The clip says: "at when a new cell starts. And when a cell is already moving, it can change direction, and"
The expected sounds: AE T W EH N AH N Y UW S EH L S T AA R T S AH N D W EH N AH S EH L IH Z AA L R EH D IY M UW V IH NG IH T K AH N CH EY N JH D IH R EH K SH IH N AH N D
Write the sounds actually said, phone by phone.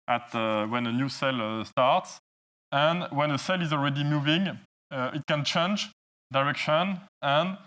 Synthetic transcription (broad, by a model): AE T W EH N AH N Y UW S EH L S T AA R T S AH N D W EH N AH S EH L IH Z AA L R EH D IY M UW V IH NG IH T K AH N CH EY N JH D IH R EH K SH IH N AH N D